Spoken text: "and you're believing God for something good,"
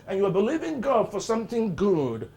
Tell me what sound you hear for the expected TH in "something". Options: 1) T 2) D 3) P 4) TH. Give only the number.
4